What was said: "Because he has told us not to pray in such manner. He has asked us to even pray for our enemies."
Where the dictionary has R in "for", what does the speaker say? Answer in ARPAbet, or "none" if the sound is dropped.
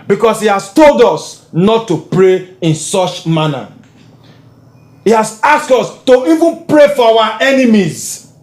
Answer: W